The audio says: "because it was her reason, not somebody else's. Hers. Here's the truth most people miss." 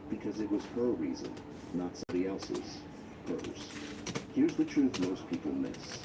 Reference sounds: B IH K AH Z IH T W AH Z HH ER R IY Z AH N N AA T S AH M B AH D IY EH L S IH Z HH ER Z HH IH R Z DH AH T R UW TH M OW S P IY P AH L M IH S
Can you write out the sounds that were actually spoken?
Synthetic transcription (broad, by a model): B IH K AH Z IH T W AH Z HH ER R IY Z AH N N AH T S AH M B AH D IY EH L S IH Z HH ER Z HH IH R Z DH AH T R UW TH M OW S P IY P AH L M IH S